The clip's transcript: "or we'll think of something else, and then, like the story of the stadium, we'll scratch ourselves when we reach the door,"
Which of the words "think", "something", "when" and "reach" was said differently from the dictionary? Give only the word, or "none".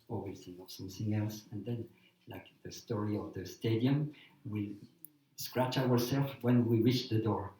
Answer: think